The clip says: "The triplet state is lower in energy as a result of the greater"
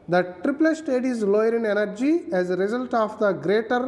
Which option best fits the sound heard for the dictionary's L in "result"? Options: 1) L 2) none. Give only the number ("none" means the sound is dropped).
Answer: 1